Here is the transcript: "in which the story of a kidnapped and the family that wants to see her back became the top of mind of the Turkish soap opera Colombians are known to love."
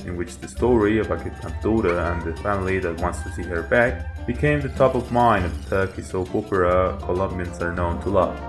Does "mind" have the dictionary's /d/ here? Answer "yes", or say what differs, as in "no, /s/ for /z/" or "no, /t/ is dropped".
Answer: no, /d/ is dropped